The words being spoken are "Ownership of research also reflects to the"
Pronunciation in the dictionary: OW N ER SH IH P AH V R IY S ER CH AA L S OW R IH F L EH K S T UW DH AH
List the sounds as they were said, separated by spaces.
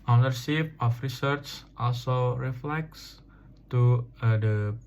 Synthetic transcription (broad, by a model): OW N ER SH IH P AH F R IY S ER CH AA L S OW R IH F L EH K S T UW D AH